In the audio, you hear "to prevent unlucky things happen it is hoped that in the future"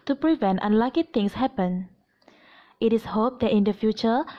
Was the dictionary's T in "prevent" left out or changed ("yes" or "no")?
no